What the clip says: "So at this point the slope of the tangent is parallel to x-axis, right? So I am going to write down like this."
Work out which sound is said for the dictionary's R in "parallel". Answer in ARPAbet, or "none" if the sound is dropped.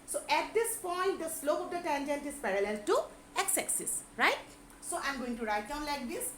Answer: R